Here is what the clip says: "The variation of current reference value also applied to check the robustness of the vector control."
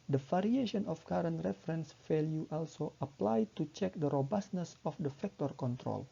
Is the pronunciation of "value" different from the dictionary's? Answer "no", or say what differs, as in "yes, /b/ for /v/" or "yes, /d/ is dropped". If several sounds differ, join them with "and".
yes, /f/ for /v/